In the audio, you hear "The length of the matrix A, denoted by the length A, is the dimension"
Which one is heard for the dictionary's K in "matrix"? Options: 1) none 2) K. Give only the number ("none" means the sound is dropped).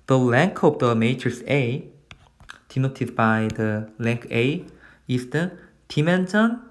1